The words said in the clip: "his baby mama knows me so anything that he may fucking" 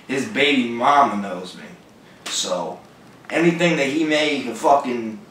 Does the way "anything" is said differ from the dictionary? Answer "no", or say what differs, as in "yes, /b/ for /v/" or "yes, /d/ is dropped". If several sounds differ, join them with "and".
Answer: no